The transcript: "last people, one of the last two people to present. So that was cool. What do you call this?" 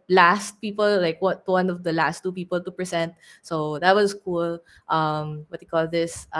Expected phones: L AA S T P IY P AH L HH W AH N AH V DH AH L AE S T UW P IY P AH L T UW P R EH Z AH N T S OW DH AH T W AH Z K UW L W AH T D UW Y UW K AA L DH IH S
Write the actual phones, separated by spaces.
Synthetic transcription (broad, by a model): L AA S T P IY P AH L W W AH N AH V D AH L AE S T UW P IY P AH L T UW P R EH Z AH N T S OW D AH T W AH S K UW L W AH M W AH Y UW K AA L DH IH S